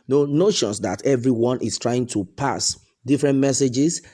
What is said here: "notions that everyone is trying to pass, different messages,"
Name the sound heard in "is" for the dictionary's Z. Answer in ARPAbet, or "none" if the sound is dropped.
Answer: S